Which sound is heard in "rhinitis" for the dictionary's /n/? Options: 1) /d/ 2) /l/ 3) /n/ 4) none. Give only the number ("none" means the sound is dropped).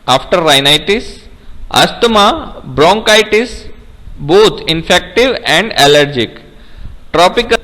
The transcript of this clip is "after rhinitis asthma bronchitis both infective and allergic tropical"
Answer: 3